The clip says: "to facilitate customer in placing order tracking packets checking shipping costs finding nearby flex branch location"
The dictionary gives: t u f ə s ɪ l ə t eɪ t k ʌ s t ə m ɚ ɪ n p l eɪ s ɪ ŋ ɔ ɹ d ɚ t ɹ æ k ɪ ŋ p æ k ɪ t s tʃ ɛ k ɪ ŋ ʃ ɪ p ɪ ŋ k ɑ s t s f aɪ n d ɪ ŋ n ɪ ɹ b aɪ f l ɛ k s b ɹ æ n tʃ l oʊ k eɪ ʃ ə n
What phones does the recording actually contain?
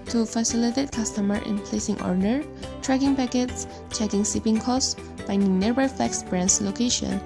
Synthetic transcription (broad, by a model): t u f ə s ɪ l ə t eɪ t k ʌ s t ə m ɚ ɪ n p l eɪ s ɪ ŋ ɔ ɹ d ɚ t ɹ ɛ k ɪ ŋ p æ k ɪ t s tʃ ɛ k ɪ ŋ s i p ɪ ŋ k ɑ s s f aɪ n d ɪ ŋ n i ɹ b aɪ f l ɛ k s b ɹ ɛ n s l oʊ k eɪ ʃ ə n